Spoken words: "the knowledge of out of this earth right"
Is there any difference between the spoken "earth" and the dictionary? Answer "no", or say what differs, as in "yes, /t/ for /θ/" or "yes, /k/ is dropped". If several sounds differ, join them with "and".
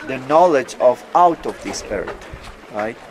yes, /t/ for /θ/